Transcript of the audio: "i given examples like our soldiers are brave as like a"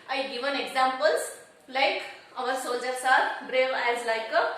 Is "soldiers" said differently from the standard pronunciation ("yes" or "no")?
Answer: yes